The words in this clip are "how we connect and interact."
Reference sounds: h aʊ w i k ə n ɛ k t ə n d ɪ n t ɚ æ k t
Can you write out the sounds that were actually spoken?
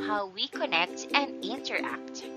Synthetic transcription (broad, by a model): h aʊ w i k ə n ɛ k t ə n d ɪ n t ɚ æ k t